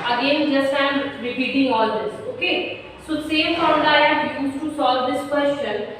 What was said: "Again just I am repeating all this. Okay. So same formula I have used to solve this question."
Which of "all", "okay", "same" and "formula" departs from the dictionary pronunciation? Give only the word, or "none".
formula